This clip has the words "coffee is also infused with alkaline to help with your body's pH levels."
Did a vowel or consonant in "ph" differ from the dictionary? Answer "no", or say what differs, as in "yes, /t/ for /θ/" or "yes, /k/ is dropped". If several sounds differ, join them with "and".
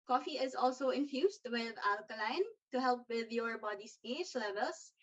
yes, /s/ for /tʃ/